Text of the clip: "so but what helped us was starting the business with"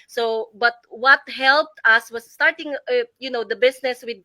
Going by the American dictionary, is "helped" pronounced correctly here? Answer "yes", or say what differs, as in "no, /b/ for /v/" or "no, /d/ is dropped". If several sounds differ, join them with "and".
yes